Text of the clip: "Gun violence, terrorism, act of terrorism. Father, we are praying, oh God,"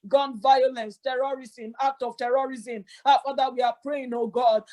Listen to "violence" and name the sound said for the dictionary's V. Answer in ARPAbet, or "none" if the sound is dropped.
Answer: V